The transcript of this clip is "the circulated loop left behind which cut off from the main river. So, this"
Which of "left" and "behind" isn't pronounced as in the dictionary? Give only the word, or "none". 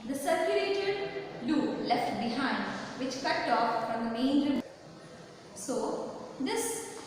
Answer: none